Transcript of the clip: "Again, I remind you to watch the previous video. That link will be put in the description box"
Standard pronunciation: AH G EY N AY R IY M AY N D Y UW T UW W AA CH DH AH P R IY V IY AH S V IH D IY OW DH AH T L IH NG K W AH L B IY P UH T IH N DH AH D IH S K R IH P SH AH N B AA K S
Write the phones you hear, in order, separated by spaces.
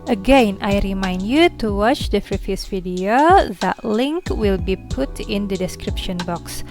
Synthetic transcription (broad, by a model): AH G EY N AY R IY M AY N D Y UW T UW W AA CH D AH F R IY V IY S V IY D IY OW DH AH T L IH NG K W AH L B IY P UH T IH N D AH D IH S K R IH P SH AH N B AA K S